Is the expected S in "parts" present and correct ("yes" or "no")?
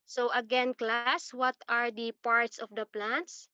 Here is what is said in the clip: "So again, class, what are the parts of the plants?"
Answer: yes